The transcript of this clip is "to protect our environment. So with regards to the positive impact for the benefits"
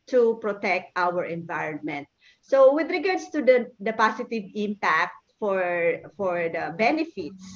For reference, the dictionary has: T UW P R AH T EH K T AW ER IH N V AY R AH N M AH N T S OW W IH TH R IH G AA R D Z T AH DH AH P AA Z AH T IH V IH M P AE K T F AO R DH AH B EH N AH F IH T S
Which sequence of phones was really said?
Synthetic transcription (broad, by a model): T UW P R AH T EH K T AW ER IH N V AY R AH N M AH N T S OW W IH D R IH G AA R D S T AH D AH P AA S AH T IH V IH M P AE K T F AO R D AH B EH N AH F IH T S